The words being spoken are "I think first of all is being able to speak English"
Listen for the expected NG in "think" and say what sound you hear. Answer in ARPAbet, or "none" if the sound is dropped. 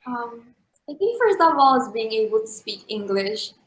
none